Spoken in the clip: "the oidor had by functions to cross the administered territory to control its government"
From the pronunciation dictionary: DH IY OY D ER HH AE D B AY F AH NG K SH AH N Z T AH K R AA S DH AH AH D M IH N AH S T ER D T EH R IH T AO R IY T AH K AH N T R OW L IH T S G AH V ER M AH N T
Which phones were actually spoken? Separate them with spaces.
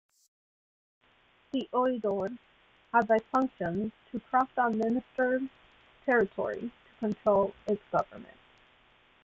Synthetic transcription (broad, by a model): DH IY OY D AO HH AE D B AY F AH NG K SH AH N T AH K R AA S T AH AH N M IH N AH S T ER T EH R IH T AO R IY T AH K AH N T R OW L IH T S G AH V ER M AH N T